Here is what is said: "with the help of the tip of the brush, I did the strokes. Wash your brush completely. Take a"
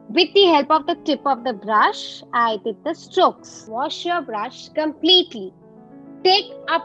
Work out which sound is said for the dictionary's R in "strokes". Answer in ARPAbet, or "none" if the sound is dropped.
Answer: R